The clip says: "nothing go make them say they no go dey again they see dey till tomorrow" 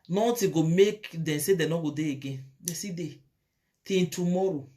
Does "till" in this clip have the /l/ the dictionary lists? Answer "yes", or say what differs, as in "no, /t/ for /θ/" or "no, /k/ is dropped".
no, /n/ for /l/